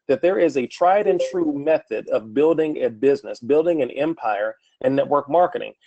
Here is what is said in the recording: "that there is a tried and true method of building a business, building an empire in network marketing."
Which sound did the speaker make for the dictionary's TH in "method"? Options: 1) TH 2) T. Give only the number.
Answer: 1